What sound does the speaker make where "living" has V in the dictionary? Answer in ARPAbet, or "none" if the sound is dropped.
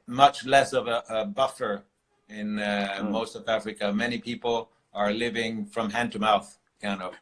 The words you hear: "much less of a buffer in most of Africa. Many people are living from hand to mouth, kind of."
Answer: V